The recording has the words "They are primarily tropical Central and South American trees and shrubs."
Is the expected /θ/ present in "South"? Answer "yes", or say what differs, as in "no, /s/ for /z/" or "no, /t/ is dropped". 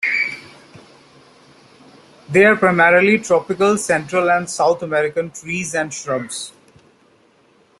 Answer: no, /t/ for /θ/